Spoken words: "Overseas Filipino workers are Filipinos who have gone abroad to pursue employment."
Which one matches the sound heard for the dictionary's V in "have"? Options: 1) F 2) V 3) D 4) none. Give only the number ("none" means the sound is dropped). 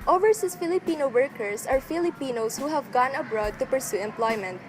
2